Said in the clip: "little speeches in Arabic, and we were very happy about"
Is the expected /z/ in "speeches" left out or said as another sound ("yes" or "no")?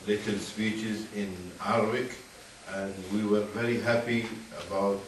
no